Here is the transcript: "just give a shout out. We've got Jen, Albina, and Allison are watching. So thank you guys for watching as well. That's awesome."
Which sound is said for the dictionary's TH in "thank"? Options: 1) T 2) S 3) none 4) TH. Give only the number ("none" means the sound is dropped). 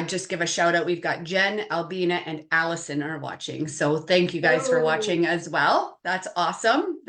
4